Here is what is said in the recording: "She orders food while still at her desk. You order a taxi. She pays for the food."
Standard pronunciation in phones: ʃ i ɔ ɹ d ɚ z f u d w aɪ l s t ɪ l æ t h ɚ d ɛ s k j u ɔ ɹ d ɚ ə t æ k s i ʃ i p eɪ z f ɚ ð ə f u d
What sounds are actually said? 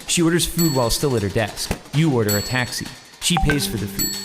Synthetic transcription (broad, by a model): ʃ i ɔ ɹ d ɚ z f u d w aɪ l s t ɪ l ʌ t h ɚ d ɛ s k j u ɔ ɹ d ɚ ə t æ k s i ʃ i p eɪ z f ɚ ð ə f u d